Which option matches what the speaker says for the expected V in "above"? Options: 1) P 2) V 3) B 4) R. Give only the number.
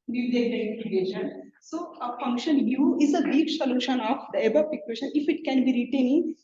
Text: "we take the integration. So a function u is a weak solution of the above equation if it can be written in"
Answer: 1